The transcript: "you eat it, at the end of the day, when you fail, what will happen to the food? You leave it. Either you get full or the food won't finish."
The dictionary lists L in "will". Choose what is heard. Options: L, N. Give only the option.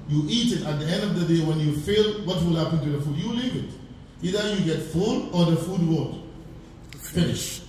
L